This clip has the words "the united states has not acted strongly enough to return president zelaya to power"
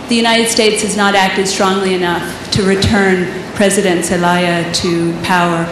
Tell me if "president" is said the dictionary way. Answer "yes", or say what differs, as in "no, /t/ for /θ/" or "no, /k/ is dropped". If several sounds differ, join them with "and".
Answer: yes